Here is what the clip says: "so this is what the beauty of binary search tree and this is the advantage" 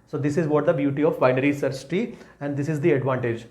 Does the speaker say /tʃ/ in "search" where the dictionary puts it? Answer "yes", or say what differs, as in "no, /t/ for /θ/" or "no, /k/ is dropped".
no, /s/ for /tʃ/